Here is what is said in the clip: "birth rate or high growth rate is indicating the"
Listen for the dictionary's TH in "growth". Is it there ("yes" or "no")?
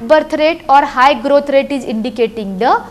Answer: no